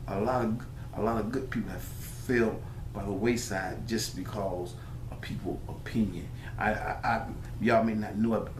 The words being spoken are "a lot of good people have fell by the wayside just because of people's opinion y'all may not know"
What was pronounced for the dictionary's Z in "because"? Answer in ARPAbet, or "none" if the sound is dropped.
Z